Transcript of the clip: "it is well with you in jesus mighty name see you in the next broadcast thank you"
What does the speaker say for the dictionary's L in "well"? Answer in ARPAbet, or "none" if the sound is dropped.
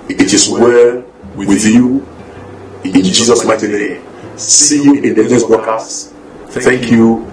W